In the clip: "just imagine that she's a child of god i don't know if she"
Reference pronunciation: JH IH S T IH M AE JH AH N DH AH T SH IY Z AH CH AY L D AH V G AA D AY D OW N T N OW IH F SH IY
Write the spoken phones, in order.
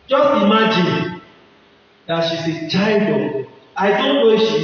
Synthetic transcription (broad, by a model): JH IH S T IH M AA JH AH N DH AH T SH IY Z AH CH AY D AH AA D AY D OW N T N OW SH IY